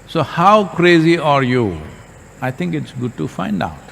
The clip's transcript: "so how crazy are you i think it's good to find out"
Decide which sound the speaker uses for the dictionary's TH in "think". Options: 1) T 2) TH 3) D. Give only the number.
1